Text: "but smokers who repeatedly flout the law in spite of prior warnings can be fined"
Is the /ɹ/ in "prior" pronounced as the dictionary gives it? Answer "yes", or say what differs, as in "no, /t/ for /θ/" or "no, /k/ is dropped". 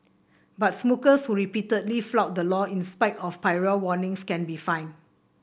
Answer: no, /ɹ/ is dropped